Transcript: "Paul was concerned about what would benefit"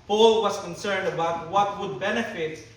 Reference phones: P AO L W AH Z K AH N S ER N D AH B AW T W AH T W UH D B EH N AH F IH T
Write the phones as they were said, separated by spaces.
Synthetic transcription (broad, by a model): P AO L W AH S K AH N S ER N D AH B AW T W AH T W UH D B EH N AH F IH T